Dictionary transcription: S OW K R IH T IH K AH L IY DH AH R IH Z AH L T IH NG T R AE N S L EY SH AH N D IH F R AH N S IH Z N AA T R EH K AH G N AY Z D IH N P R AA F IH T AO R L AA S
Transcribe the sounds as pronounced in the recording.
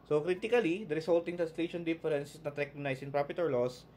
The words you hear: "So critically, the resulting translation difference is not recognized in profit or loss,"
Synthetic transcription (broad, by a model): S OW K R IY T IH K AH L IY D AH R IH S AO L T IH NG T R AE N S L EY SH AH N D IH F R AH N S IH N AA T R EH K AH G N AY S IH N P R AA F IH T AO R L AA S